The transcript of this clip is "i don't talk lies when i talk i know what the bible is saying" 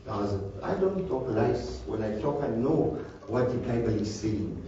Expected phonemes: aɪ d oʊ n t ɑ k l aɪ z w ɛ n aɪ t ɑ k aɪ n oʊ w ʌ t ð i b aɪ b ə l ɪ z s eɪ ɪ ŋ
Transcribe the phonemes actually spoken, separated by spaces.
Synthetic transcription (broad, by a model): aɪ d oʊ n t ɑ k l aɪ s w ɛ n aɪ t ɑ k aɪ n oʊ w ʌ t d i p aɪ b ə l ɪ s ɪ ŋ